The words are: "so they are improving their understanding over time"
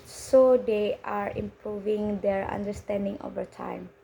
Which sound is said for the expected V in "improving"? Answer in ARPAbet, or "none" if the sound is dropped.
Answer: V